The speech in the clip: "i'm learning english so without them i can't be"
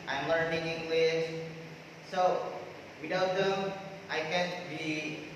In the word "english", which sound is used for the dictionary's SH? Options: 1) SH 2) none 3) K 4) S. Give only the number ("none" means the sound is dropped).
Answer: 4